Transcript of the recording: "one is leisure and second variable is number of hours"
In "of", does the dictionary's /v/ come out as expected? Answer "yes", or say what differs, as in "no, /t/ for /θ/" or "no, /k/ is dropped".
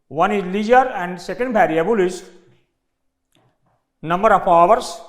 no, /p/ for /v/